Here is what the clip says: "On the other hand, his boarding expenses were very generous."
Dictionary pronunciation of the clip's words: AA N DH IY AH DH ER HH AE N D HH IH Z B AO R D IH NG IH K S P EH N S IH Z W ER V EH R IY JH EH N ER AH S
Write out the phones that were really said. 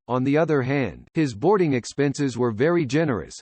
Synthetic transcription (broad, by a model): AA N DH IY AH DH ER HH AE N D HH IH Z B AO R D IH NG IH K S P EH N S IH Z W ER V EH R IY JH EH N ER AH S